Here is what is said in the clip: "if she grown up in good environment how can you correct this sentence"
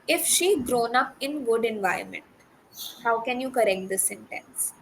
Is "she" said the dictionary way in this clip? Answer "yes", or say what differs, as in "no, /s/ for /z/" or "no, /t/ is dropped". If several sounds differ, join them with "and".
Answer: yes